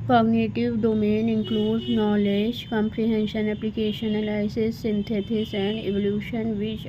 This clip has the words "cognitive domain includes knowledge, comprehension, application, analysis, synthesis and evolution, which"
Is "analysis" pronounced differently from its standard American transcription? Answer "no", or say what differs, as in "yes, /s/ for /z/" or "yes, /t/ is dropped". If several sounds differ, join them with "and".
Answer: yes, /l/ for /n/ and /l/ is dropped